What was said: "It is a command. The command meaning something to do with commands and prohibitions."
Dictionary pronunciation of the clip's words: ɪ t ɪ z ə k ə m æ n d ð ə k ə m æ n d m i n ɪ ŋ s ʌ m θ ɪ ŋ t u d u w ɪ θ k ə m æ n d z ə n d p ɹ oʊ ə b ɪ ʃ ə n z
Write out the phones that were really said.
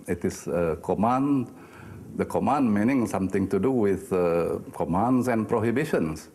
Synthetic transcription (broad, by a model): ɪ t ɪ s ə k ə m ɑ n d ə k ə m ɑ n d m i n ɪ ŋ s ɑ m t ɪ ŋ t u d u w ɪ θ k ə m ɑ n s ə n p ɹ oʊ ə b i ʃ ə n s